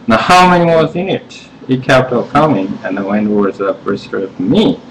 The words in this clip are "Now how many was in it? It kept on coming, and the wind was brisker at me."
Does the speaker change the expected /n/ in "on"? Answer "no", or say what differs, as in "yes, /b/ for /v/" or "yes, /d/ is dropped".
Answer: yes, /l/ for /n/